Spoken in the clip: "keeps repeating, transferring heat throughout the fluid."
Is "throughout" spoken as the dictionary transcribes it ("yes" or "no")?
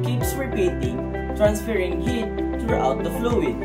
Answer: no